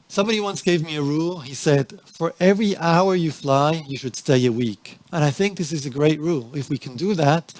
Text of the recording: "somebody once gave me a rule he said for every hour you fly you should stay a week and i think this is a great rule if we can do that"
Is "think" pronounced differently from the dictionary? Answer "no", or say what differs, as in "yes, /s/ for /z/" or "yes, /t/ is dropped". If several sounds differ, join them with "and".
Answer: no